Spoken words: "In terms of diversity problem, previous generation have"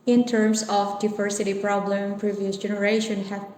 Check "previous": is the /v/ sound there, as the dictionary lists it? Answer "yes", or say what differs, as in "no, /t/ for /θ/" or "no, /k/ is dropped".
yes